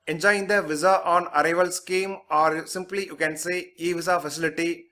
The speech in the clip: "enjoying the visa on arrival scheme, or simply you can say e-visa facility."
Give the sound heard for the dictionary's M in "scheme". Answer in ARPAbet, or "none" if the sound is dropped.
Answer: M